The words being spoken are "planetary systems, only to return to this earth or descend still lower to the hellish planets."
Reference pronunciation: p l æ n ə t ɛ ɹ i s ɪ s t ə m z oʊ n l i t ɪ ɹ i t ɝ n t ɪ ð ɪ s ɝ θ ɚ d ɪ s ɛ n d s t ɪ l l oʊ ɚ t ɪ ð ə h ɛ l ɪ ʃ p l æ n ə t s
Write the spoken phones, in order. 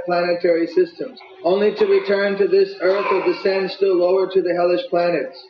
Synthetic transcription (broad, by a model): p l æ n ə t ɛ ɹ i s ɪ s t ə m z oʊ n l i t ɪ ɹ i t ɝ n t ɪ ð ɪ s ɝ θ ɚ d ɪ s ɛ n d s t ɪ l l oʊ ɚ t ɪ ð ə h ɛ l ɪ ʃ p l æ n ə t s